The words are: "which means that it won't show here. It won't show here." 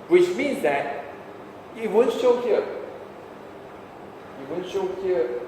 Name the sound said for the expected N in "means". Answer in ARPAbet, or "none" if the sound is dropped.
N